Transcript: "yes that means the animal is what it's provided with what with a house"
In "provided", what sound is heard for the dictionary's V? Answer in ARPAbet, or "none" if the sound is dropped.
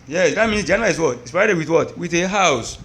none